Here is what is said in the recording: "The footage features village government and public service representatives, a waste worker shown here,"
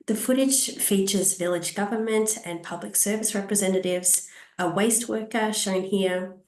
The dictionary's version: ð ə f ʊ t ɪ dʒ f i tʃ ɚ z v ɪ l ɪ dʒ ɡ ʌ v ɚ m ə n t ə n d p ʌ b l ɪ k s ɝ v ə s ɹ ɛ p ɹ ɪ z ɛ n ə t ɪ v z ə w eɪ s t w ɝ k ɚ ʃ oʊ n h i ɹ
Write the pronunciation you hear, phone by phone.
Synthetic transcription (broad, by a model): ð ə f ʊ t ɪ dʒ f i tʃ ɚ z v ɪ l ɪ dʒ ɡ ʌ v ɚ m ə n t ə n p ʌ b l ɪ k s ɝ v ə s ɹ ɛ p ɹ ɪ z ɛ n ə t ɪ v z ə w eɪ s t w ɝ k ɚ ʃ oʊ n h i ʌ